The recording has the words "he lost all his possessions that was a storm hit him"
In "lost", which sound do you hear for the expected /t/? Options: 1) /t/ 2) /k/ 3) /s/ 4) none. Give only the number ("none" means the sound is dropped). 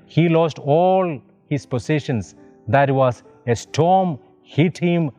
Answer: 1